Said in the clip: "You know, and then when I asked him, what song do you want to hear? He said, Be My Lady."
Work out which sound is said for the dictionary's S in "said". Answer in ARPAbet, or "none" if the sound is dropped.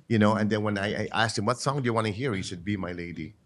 SH